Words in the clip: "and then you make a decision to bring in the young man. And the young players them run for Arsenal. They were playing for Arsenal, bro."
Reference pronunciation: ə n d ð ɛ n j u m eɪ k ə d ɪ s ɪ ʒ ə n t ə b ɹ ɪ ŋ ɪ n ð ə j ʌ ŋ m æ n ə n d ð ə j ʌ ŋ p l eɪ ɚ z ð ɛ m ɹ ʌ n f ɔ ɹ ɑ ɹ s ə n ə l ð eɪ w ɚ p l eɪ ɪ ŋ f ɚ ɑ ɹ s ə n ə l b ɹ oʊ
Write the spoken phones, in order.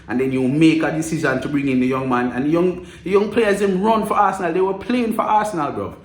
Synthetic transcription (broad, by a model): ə n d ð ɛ n j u m eɪ k ə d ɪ s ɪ z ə n t ə b ɹ ɪ ŋ ɪ n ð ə j ʌ ŋ m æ n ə n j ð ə j ʌ ŋ p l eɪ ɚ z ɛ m ɹ ʌ n f ɔ ɹ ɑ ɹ s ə n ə l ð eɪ w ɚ p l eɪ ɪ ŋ f ɚ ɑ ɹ s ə n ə l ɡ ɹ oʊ